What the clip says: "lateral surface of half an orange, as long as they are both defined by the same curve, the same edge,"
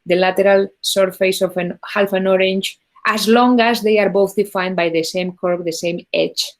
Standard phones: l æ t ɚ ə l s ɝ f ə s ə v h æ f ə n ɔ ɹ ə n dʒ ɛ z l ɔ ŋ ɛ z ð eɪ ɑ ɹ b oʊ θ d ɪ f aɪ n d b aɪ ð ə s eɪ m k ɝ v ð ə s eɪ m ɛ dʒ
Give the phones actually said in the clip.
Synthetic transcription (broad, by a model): l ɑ t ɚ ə l s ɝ f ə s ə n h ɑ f ə n ɔ ɹ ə n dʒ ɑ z l ɔ ŋ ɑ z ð eɪ ɑ ɹ b oʊ θ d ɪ f aɪ n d b aɪ ð ə s eɪ m k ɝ b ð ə s eɪ m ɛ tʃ